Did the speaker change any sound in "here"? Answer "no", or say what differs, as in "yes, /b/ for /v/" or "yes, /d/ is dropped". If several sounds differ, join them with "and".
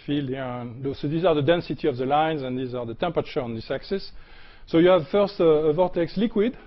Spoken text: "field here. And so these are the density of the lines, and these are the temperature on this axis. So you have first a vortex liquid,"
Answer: yes, /l/ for /ɹ/